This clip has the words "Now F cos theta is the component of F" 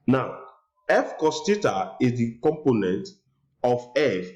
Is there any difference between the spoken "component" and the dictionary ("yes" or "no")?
no